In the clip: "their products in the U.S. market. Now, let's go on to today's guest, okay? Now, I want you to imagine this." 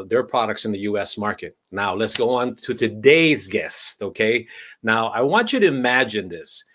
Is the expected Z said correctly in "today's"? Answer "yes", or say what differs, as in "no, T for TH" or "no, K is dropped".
yes